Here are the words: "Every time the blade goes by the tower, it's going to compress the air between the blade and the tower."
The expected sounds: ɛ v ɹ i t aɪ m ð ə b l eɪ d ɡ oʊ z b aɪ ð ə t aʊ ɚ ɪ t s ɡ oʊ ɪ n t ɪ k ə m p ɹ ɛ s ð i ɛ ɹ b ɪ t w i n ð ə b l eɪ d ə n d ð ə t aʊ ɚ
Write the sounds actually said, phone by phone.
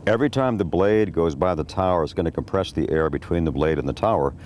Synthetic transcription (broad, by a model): ɛ v ɹ i t aɪ m ð ə b l eɪ d ɡ oʊ z b aɪ ð ə t aʊ ɚ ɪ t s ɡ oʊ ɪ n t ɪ k ə m p ɹ ɛ s ð i ɛ ɹ b ɪ t w i n ð ə b l eɪ d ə n ð ə t aʊ ɚ